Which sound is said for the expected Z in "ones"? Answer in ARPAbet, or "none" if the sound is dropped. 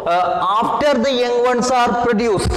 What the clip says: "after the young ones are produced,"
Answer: S